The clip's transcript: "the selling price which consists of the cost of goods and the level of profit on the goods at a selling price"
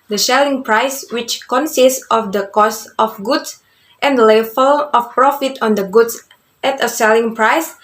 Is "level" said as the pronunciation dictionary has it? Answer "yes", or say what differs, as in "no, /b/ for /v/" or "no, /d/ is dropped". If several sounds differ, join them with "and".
no, /f/ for /v/